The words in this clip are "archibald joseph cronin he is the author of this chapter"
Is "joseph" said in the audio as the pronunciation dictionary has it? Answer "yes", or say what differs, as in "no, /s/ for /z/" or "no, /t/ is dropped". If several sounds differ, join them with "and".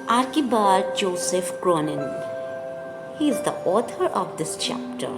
yes